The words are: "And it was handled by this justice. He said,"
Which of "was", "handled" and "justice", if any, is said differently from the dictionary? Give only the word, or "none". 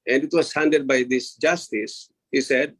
handled